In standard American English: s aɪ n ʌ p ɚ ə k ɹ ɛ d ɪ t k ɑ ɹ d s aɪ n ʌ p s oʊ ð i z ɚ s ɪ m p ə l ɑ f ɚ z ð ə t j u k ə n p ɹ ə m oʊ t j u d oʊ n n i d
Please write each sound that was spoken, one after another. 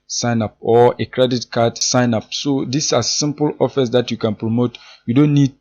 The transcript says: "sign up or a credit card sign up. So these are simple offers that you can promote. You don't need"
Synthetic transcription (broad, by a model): s aɪ n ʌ p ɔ ə k ɹ ɛ d ɪ t k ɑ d s aɪ n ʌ p s oʊ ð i s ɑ s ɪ m p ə l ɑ f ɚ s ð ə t j u k ə n p ɹ ə m oʊ t j u d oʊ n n i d